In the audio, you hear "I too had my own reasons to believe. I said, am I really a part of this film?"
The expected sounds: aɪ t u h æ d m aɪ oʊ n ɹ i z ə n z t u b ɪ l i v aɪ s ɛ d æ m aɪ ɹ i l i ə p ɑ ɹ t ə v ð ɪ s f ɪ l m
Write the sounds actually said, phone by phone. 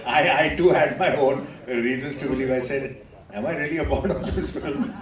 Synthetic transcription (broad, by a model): aɪ t u h æ d m aɪ oʊ n ɹ i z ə n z t u b ɪ l i v aɪ s ɛ d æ m aɪ ɹ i l i ə b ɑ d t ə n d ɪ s f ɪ l m